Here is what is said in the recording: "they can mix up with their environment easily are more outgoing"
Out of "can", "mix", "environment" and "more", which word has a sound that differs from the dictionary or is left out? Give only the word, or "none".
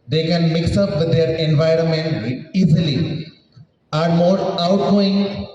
none